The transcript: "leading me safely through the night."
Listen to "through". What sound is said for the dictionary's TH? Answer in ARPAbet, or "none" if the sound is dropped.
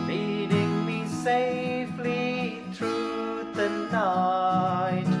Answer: T